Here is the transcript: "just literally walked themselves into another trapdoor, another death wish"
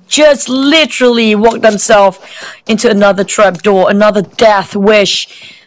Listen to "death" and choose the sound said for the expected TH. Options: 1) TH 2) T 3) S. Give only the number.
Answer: 1